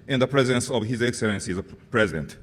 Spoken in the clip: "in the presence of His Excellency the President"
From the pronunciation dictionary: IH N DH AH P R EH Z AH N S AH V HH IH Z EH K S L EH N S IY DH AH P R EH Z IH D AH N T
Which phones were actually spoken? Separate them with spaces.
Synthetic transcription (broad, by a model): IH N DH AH P R EH Z AH N S AH V HH IH Z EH K S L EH N S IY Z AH P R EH Z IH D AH N T